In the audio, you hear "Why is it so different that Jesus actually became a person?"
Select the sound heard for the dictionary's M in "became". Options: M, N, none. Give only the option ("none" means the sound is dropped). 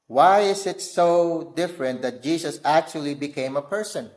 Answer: M